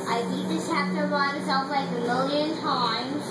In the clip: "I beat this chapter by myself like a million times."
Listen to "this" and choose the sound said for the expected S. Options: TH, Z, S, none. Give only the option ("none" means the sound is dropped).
none